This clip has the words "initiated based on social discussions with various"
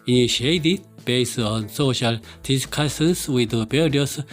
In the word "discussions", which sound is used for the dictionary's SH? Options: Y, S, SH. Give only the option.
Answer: S